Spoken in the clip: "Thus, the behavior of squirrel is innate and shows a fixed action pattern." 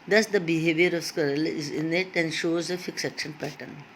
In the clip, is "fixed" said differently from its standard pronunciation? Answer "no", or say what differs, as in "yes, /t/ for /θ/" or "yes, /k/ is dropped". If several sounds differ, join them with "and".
yes, /t/ is dropped